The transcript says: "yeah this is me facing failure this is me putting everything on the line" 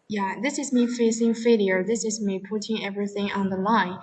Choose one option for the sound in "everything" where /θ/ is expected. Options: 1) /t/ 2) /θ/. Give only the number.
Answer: 2